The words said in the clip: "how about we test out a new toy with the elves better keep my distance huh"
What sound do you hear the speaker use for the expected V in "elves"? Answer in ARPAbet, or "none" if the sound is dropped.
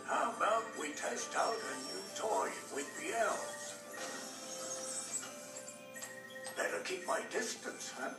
none